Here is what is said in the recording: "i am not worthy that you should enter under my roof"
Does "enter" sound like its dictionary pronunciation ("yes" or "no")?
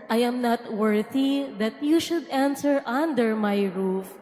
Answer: no